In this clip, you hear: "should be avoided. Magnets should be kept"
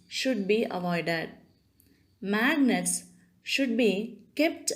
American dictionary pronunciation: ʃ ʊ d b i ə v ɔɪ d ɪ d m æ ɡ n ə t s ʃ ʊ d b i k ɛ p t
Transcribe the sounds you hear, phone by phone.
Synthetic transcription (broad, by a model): ʃ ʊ d b i ə v ɔɪ d ɪ d m æ ɡ n ə t s ʃ ʊ d b i k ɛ p t